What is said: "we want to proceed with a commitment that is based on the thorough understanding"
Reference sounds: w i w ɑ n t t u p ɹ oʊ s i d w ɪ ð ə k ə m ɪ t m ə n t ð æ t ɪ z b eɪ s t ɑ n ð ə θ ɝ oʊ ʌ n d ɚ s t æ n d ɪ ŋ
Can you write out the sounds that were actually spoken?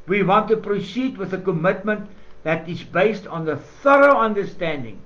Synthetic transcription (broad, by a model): w i w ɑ n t t u p ɹ oʊ s i d w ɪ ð ə k ə m ɪ t m ə n t ð æ t ɪ z b eɪ s t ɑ n ð ə θ ɝ oʊ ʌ n d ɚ s t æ n d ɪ ŋ